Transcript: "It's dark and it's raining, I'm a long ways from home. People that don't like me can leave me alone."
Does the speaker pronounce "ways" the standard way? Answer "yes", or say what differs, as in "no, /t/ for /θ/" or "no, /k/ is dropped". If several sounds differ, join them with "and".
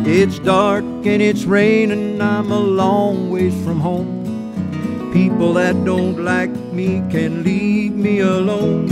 no, /z/ is dropped